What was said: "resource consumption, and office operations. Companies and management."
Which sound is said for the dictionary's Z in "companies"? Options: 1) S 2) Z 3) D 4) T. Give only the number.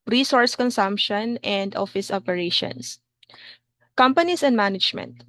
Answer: 1